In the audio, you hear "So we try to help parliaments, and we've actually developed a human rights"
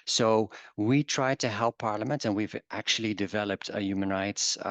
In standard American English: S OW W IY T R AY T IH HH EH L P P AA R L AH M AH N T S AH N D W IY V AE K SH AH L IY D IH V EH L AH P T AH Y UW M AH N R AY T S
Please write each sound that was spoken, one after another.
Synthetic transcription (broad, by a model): S OW W IY T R AY T IH HH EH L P P AA R L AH M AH N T AH N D W IY V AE K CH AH L IY D IH V EH L AH P T AH Y UW M AH N R AY T S